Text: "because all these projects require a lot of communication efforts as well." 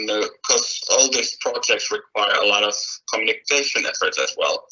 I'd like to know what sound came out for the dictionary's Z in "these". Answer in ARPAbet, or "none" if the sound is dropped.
S